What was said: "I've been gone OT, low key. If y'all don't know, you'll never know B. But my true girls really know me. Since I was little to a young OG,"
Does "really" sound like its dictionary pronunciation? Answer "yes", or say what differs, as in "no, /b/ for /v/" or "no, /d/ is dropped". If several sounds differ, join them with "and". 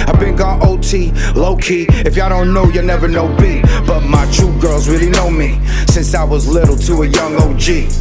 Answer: yes